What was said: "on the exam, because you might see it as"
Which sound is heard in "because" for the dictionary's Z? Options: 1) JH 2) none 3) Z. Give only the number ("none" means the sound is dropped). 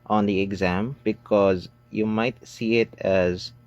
3